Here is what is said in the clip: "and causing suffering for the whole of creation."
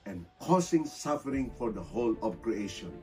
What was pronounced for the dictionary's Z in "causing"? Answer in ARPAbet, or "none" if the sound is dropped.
S